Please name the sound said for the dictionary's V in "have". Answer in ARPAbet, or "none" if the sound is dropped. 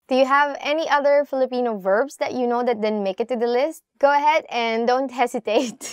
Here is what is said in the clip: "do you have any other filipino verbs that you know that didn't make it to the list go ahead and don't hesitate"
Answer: V